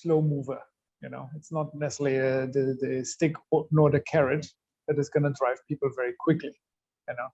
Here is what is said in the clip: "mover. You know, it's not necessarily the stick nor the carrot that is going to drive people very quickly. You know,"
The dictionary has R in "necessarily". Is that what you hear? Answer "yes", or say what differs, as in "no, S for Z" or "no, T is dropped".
no, R is dropped